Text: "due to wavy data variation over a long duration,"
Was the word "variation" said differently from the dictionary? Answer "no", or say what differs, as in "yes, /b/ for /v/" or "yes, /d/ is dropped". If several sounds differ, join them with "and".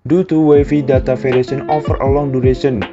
yes, /f/ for /v/